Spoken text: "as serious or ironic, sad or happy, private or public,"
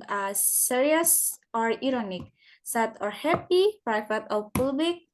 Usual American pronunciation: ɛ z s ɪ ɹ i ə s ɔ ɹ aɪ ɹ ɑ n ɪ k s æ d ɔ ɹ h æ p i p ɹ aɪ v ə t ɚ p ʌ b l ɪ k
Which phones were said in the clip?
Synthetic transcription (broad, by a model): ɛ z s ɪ ɹ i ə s ɔ ɹ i ɹ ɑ n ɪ k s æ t ɔ ɹ h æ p i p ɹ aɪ f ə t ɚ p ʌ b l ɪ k